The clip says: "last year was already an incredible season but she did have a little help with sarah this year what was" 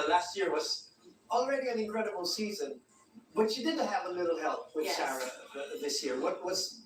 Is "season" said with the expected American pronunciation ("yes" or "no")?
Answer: yes